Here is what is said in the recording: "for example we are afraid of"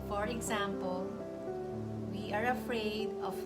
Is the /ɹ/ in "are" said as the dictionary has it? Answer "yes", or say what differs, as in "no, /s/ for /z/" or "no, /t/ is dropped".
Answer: yes